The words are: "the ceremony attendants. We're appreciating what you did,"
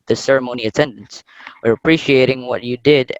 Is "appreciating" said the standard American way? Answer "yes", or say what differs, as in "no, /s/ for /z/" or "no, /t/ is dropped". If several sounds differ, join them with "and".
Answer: yes